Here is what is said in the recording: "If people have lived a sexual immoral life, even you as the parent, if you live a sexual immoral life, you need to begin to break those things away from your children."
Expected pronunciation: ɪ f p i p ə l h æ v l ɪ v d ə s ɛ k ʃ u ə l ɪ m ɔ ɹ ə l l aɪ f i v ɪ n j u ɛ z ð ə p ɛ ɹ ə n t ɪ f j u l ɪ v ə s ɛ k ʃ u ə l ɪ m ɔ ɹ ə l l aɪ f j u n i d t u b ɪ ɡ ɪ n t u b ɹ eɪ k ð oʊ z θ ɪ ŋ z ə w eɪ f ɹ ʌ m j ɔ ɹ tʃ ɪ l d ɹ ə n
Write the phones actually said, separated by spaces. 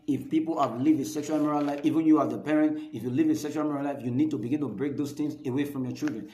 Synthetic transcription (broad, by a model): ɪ f p i p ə l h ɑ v l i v ə s ɛ k ʃ u ə l m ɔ ɹ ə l l aɪ f i v ɪ n j u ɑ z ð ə p ɛ ɹ ə n t ɪ f j u l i v ə s ɛ k ʃ u ə l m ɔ ɹ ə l l aɪ f j u n i d t u b ɪ ɡ ɪ n t u b ɹ eɪ k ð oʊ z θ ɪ ŋ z ə w eɪ f ɹ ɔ m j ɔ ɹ tʃ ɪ l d ɹ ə n